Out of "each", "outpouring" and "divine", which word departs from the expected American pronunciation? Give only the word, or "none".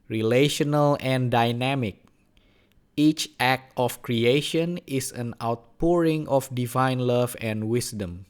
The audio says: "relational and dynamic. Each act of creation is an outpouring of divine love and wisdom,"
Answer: none